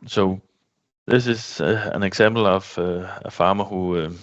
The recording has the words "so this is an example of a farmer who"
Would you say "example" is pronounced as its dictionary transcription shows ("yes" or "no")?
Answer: no